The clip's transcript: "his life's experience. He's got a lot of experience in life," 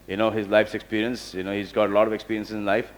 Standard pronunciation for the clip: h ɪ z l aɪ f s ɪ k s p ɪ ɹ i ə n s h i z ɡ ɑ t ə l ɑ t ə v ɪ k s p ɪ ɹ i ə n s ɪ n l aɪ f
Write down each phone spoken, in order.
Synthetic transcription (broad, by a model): h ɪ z l aɪ f s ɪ k s p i ɹ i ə n s h i z ɡ ɑ t ə l ɑ t ə v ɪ k s p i ɹ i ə n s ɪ n l aɪ f